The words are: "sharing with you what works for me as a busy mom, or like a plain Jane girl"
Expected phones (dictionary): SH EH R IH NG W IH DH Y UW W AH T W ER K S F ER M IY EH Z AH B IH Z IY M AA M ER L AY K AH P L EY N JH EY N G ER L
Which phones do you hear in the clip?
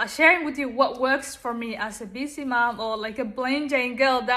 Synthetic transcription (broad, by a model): SH EH R IH NG W IH DH Y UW W AH T W ER K S F ER M IY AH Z AH B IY S IY M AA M ER L AY K AH B L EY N JH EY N G ER L